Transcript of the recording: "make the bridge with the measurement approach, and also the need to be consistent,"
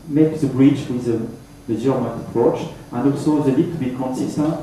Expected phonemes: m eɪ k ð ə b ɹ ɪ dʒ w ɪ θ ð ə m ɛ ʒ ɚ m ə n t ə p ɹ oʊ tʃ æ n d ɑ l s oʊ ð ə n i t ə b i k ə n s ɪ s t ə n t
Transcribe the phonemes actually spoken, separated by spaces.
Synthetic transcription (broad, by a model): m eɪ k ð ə b ɹ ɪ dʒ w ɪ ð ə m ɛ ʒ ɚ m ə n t ə p ɹ oʊ tʃ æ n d ɑ l s oʊ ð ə l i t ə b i k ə n s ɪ s t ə n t